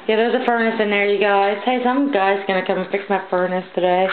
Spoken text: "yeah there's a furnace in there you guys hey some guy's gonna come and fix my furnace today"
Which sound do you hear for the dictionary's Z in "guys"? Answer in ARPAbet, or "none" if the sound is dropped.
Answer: S